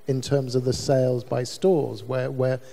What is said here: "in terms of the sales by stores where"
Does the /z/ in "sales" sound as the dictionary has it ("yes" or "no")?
yes